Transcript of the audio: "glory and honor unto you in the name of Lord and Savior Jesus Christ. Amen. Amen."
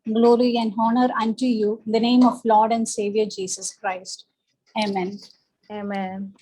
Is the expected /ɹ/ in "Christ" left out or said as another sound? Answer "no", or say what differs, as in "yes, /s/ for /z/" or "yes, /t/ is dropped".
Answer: no